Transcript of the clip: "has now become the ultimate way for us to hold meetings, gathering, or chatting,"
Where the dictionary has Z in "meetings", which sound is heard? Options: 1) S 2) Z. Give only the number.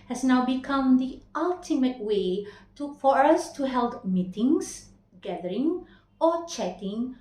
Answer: 1